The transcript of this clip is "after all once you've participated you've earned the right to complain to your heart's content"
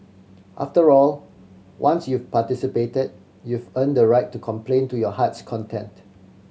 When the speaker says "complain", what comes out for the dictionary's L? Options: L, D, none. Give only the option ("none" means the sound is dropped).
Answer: L